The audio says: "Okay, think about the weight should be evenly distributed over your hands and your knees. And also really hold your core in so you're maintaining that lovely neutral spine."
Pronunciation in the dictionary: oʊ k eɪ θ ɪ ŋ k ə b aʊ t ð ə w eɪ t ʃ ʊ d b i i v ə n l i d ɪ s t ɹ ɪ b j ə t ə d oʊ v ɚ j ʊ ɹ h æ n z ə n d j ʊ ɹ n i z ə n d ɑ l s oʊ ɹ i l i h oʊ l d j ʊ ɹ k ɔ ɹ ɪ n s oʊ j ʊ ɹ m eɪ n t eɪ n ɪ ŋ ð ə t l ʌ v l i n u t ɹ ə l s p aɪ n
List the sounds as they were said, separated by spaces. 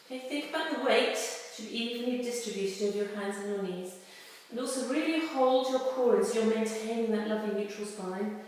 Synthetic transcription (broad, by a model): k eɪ θ ɪ ŋ k ə b aʊ t ð ə w eɪ t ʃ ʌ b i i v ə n i d ɪ s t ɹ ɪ b j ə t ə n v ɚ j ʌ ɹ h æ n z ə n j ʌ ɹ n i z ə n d ɑ l s oʊ ɹ i l i h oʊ l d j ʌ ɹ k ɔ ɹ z j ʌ ɹ m eɪ n t eɪ n ɪ ŋ ð ə t l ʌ v i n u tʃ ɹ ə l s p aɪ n